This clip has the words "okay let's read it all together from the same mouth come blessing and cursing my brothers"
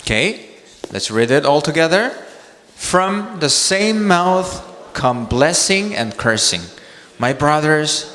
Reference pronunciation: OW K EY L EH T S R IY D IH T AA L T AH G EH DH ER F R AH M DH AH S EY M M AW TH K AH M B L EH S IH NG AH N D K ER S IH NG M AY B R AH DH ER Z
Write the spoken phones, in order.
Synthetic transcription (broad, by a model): K EY L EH T S R IY D IH T AA L T AH G EH DH ER F R AH M DH AH S EY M M AW TH K AH M B L EH S IH NG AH N K ER S IH NG M AY B R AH DH ER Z